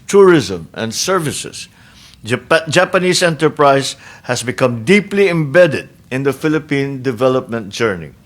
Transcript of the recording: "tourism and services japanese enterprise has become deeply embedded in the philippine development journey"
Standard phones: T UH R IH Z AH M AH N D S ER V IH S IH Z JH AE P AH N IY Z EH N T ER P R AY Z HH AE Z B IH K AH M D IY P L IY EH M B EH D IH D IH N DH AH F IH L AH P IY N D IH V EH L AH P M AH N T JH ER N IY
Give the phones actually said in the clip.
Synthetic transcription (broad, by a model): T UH R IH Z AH M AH N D S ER V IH S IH S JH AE P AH N IY S EH N T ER P R AY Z HH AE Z B IH K AH M D IY P L IY EH M B EH D IH D IH N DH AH F IH L AH P IY N D IH V EH L AH P M AH N T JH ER N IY